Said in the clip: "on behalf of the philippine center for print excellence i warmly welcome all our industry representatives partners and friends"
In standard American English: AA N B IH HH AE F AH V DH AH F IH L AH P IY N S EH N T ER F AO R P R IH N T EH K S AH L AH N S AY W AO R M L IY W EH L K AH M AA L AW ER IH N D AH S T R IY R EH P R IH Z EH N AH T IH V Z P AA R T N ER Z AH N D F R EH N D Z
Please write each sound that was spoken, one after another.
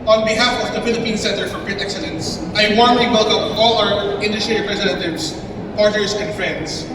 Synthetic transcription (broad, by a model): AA N B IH HH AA F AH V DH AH F IH L AH P IY N S EH N T ER F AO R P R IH T EH K S AH L AH N S AY W AO R M L IY W EH L K AH M AA L AW ER IH N D AH S T R IY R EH P R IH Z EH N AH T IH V S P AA R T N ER S AH N D F R EH N D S